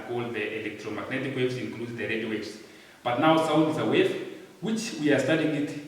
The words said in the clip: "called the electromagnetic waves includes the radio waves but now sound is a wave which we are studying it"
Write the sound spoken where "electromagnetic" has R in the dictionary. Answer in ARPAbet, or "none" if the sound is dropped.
R